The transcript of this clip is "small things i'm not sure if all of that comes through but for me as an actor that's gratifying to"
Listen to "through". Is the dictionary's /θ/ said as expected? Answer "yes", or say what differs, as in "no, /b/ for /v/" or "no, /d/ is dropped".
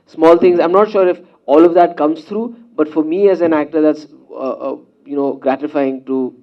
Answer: no, /s/ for /θ/